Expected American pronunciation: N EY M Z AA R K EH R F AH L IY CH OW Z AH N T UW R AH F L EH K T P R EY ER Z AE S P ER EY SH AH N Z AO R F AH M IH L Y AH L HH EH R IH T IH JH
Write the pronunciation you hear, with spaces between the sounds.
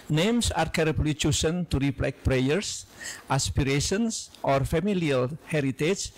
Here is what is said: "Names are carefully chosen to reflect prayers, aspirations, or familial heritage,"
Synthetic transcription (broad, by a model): N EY M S AA R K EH R AH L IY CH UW S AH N T UW R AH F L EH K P R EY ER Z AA S P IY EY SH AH N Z AO R F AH M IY L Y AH L HH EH R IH T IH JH